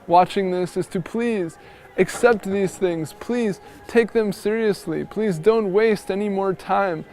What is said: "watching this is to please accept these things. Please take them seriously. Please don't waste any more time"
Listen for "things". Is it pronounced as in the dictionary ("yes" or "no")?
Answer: yes